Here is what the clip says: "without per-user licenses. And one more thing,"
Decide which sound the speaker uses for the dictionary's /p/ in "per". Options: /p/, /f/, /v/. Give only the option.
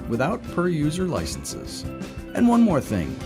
/p/